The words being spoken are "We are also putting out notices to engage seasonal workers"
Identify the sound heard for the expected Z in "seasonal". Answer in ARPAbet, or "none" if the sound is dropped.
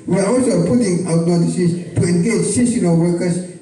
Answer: S